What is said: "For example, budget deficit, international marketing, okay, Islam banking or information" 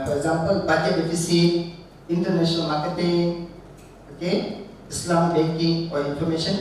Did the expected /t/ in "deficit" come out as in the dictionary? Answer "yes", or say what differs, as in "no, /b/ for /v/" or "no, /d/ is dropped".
no, /t/ is dropped